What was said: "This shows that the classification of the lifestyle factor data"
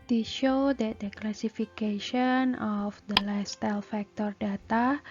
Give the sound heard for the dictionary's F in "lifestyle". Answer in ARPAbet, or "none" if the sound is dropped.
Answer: none